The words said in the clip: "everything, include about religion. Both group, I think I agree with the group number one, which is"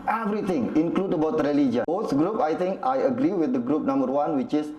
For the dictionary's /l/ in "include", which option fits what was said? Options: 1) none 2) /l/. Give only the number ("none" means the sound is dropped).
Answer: 2